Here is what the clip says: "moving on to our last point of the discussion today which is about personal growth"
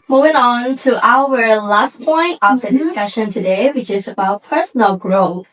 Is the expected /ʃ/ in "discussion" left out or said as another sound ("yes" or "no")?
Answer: no